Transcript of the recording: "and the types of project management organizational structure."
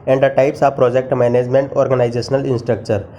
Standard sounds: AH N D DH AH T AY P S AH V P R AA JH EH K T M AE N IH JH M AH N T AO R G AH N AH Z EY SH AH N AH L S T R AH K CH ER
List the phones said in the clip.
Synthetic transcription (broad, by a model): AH N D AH T AY P S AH P R AA JH EH K T M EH N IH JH M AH N T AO R G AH N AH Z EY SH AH L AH N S T R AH K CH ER